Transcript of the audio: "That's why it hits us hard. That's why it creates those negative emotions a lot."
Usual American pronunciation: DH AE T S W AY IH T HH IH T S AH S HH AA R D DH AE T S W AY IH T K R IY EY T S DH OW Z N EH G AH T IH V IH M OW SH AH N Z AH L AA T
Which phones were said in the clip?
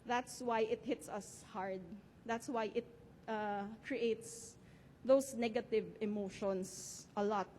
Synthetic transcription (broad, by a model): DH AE T S W AY IH T HH IH T S AH S HH AA R D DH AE T S W AY IH T K R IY EY T S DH OW S N EH G AH T IH V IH M OW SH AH N S AH L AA T